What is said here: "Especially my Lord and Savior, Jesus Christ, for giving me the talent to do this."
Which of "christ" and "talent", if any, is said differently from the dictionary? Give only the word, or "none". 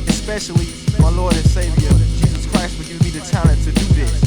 talent